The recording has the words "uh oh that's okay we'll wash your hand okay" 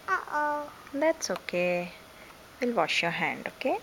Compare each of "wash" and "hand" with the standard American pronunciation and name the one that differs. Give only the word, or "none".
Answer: none